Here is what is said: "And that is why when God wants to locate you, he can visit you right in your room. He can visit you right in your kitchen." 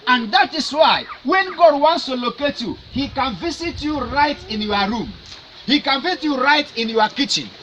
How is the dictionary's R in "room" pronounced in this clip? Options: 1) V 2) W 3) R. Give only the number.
3